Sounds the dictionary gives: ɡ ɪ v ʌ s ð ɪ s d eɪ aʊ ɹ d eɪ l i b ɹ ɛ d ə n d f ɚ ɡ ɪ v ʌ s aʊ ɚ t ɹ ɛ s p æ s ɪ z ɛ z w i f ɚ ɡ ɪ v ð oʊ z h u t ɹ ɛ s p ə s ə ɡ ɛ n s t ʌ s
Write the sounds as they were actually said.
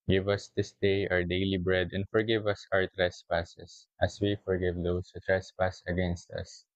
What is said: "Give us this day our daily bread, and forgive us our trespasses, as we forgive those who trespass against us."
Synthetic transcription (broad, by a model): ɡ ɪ v ʌ s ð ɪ s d eɪ aʊ ɹ d eɪ l i b ɹ ɛ d ə n d f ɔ ɡ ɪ v ʌ s aʊ ɚ t ɹ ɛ s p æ s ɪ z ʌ s w i f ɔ ɡ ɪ v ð oʊ s h u t ɹ ɛ s p ə s ə ɡ ɛ n s t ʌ s